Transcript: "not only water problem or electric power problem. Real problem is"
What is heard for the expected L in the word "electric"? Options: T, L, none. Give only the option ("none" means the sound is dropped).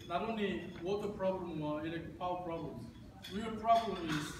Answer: none